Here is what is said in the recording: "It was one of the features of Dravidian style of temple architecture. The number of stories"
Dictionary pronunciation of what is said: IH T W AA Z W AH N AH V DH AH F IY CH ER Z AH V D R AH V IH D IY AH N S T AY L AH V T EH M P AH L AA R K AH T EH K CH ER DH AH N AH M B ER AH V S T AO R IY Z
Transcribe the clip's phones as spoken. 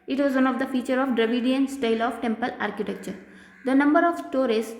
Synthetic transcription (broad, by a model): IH T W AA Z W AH N AH V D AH F IY CH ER AH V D R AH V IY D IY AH N S T AY L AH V T EH M P AH L AA R K AH T EH K CH ER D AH N AH M B ER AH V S T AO R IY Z